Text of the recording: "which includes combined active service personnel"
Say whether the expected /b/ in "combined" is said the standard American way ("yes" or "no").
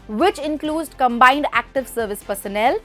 yes